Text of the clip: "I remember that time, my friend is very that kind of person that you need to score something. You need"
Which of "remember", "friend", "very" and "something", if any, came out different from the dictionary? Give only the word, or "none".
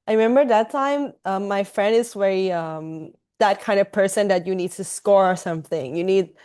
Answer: very